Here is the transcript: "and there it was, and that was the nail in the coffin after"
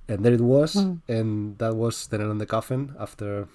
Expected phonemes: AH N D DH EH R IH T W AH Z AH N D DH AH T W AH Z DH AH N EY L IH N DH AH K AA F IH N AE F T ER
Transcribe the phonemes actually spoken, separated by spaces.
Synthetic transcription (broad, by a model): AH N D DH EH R IH T W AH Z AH N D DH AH T W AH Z DH AH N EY N IH N DH AH K AA F IH N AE F T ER